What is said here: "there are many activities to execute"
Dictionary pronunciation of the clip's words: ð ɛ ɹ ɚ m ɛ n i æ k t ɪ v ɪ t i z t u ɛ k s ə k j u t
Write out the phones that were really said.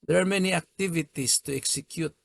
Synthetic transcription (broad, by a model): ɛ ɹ m ɛ n i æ k t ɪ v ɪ t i s t u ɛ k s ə k j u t